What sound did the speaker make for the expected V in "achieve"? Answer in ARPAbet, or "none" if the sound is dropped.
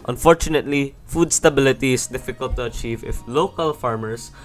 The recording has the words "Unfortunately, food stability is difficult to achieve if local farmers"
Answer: V